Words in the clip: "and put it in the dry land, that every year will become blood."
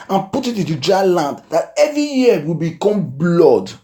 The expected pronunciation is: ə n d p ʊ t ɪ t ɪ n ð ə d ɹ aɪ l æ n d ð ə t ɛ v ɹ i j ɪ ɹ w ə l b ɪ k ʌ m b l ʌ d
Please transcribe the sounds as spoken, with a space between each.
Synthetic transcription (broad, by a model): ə n p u t ɪ t ɪ n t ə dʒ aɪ l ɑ n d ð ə t ɛ v ɹ i j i w ə l b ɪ k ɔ m b l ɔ d